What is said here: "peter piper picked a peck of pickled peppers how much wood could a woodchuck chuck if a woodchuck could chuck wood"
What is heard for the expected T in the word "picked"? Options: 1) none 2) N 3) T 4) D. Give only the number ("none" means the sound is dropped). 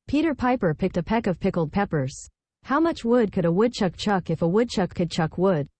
3